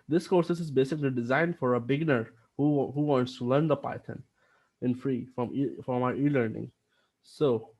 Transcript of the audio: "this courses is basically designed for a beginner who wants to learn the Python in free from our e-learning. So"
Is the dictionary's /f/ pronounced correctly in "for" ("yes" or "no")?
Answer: yes